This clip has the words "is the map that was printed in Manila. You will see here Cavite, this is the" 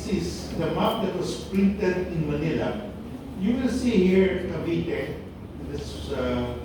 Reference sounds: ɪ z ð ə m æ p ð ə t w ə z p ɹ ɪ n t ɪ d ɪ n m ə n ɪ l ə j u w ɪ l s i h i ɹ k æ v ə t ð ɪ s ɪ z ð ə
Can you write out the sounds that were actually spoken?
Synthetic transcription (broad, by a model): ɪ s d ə m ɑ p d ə t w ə s p ɹ ɪ n t ɪ d ɪ n m ə n ɪ l ə j u w ɪ l s i h i ɹ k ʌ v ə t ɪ ɪ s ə